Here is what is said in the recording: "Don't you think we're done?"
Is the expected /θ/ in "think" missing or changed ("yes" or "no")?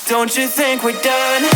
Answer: no